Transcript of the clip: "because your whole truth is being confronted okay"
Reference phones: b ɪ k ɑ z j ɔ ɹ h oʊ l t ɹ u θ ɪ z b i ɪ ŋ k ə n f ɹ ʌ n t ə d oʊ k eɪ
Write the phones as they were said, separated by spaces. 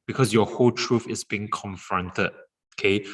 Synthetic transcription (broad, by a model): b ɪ k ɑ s j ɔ h oʊ l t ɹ u f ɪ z b i ɪ ŋ k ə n f ɹ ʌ n t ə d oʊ k eɪ